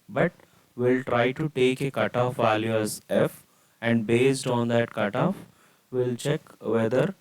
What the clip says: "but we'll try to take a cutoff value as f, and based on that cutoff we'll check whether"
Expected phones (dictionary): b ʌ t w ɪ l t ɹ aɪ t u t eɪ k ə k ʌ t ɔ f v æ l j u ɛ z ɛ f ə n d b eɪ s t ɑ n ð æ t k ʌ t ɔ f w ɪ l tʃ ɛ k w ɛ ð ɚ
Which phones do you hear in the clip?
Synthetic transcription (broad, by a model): b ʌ t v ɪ l t ɹ aɪ t u t eɪ k ə k ʌ t ɔ f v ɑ l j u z ɛ f ə n d b eɪ s t ɑ n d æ t k ʌ t ɔ f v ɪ l tʃ ɛ k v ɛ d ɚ